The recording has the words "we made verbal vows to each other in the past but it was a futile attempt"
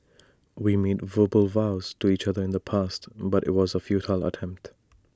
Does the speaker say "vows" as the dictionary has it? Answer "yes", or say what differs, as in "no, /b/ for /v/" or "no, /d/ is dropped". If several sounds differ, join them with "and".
yes